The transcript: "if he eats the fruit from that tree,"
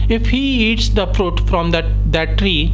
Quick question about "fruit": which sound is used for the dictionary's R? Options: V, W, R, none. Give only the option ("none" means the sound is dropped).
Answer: R